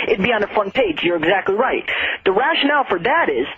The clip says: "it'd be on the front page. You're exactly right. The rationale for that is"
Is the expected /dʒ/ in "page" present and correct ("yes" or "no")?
yes